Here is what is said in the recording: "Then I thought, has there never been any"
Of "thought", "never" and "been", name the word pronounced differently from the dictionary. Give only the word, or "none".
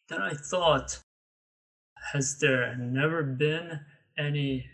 none